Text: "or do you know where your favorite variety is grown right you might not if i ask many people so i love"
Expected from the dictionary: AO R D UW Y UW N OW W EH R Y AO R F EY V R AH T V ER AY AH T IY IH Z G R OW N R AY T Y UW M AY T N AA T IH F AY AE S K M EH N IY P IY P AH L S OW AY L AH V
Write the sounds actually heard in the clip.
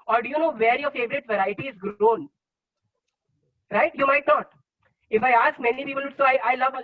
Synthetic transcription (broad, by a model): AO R D UW Y UW N OW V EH R Y AO R F EY V R AH T V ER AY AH T IY IH Z G R OW N R AY T Y UW M AY T N AA T IH F AY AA S K M EH N IY P IY P AH L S OW AY L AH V